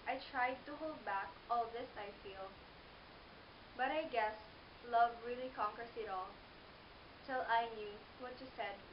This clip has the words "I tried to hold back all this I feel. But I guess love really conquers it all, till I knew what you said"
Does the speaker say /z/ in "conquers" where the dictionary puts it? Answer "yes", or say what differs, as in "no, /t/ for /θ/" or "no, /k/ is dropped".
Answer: no, /s/ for /z/